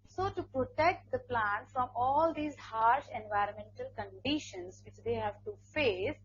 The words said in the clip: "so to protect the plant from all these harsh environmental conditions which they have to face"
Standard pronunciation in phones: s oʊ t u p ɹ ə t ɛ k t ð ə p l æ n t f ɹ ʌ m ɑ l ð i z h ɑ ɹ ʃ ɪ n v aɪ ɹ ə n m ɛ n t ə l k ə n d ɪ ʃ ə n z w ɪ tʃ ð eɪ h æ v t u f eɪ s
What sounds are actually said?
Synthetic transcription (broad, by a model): s oʊ t u p ɹ ə t ɛ k t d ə p l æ n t f ɹ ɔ m ɑ l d i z h ɑ ɹ ʃ ɪ n v aɪ ɹ ə n m ɛ n t ə l k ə n d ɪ ʃ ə n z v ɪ tʃ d eɪ h æ v t u f eɪ s